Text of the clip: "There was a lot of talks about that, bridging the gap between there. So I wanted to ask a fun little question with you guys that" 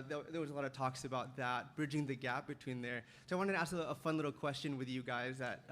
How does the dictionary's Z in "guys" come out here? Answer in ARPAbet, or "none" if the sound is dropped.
Z